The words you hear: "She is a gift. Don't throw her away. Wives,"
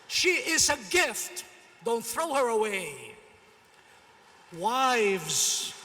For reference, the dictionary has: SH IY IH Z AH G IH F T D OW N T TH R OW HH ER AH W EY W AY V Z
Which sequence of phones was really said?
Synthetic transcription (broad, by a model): SH IY IH Z AH G IH F T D OW N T TH R OW HH ER AH W EY W AY V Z